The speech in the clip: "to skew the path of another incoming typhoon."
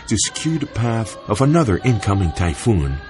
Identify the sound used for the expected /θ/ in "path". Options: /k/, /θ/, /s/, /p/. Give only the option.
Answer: /θ/